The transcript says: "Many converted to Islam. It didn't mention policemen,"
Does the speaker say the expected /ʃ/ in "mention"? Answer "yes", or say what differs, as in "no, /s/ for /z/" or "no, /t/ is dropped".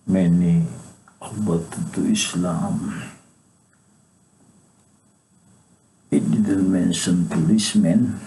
no, /s/ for /ʃ/